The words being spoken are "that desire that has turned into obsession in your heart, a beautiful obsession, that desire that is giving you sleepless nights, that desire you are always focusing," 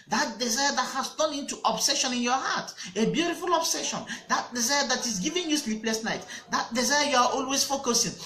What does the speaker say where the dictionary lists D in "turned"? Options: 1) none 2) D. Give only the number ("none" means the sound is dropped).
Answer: 1